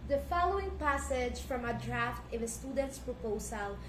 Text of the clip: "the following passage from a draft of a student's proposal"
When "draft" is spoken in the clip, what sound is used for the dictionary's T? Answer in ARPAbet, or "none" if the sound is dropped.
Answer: T